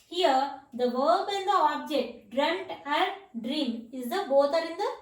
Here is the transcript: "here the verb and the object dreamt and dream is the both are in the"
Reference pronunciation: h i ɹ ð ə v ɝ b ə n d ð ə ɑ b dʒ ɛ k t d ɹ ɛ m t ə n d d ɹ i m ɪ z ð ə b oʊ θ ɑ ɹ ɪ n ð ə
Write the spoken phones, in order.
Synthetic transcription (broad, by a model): h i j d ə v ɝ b ə n d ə ɑ b dʒ ɛ k t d ɹ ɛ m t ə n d d ɹ i m ɪ z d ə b oʊ t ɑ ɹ ɪ n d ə